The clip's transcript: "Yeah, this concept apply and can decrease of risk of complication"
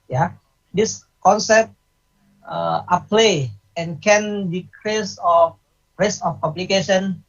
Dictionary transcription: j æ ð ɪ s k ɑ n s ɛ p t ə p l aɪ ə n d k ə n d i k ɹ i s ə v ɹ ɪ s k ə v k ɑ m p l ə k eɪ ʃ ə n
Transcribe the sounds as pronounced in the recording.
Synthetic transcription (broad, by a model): j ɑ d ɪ s k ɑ n s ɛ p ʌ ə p l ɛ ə n k ə n d i k ɹ i s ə f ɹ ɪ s ə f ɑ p l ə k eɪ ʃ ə n